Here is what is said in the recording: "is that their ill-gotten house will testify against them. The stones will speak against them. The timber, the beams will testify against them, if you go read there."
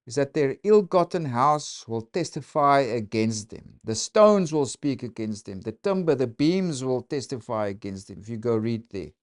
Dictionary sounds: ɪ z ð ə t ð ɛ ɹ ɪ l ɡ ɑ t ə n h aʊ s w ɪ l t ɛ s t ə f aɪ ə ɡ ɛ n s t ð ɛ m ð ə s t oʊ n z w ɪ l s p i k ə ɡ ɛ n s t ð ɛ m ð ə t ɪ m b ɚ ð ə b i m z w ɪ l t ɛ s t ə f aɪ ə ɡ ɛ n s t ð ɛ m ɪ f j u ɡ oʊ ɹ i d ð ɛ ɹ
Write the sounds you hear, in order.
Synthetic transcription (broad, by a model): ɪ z ð ə t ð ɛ ɹ ɪ l ɡ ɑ t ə n h aʊ s w ɪ l t ɛ s t ə f aɪ ə ɡ ɛ n s t ð ɛ m ð ə s t oʊ n z w ɪ l s p i k ə ɡ ɛ n s t ð ɛ m ð ə t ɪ m b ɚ ð ə b i m z w ɪ l t ɛ s t ə f aɪ ə ɡ ɛ n s t ð ɛ m ɪ f j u ɡ oʊ ɹ i d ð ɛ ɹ